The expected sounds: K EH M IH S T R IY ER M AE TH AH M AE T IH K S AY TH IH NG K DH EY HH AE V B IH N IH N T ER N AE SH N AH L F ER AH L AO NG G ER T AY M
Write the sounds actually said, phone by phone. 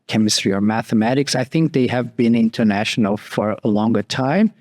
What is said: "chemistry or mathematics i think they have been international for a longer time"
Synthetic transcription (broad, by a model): K EH M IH S T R IY ER M AE TH AH M AE T IH K S AY TH IH NG K DH EY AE V B IH N IH N T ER N AE SH N L F ER AH L AO NG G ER T AY M